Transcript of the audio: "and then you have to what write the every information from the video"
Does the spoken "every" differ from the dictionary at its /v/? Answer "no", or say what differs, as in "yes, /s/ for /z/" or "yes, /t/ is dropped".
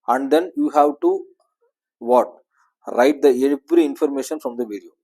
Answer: yes, /b/ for /v/